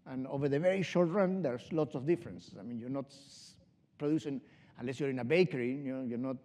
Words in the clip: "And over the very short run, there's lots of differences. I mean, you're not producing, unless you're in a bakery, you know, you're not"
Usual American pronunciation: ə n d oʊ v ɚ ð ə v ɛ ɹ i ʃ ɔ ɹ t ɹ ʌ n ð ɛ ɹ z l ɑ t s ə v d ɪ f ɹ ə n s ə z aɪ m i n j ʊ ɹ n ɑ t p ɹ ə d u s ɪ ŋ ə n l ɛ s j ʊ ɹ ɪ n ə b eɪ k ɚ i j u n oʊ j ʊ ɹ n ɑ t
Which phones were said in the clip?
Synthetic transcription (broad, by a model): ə n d oʊ v ɚ ð ə v ɛ ɹ i ʃ ɔ ɹ t ɹ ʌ n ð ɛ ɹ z l ɑ t s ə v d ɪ f ɹ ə n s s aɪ m i n j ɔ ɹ n ɑ t p ɹ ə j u s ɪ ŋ ə n l ɛ s j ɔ ɹ ɪ n ə b eɪ k ɚ i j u n oʊ j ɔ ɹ n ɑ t